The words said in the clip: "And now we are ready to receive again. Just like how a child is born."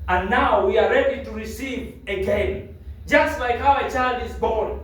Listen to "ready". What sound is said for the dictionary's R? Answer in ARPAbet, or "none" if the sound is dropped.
R